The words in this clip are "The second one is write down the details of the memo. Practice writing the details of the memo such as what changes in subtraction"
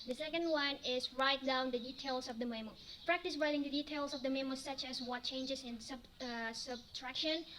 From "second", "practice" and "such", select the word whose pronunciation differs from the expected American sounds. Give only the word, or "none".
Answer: none